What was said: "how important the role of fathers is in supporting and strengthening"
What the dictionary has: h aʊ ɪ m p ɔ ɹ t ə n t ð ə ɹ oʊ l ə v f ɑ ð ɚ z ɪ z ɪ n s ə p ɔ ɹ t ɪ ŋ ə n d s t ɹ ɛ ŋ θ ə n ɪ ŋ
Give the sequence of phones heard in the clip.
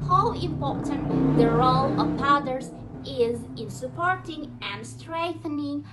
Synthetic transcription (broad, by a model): h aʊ ɪ m p ɔ ɹ t ə n t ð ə ɹ oʊ l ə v p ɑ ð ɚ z ɪ z ɪ n s ə p ɔ ɹ t ɪ ŋ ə n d s t ɹ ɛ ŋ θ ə n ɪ ŋ